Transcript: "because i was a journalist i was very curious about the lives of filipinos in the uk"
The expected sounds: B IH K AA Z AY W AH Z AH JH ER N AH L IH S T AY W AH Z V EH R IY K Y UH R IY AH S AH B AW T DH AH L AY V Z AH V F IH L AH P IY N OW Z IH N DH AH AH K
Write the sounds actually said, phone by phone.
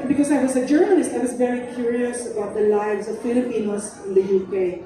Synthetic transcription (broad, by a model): B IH K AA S AY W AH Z AH JH ER N AH L IH S T AY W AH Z V EH R IY K Y UH R IY AH S AH B AW T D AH L AY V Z AH V F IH L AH P IY N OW S IH N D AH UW K